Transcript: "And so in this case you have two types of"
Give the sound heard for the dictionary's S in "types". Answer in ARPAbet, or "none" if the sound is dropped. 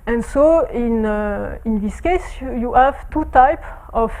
none